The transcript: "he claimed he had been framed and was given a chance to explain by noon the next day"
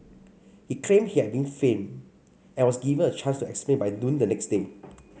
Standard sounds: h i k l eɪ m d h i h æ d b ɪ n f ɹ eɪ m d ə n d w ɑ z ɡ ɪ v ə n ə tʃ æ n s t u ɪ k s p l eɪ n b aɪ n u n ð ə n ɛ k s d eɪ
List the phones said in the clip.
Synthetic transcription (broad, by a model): h i k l eɪ m h i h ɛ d b ɪ n f eɪ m ə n w ɑ s ɡ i v ə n ə tʃ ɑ n s t u ɪ k s p l eɪ n b aɪ n u n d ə n ɛ k s d eɪ